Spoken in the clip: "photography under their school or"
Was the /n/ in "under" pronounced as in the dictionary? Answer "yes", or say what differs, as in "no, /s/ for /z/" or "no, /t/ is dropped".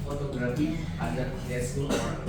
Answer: no, /n/ is dropped